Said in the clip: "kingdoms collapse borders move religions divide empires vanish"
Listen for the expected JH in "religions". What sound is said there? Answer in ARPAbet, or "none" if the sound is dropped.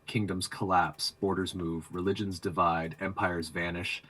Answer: JH